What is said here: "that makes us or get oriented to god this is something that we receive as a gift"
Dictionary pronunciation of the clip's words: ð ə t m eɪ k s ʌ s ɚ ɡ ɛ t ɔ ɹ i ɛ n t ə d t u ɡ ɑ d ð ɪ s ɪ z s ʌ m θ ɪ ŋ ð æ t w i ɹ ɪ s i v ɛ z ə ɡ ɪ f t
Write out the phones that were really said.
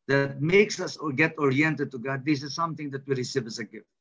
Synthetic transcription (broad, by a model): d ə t m eɪ k s ʌ s ɡ ɛ t ɔ ɹ i ɛ n t ə d t u ɡ ɑ d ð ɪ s ɪ z s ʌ m t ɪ ŋ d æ t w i ɹ ɪ s i v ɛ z ə ɡ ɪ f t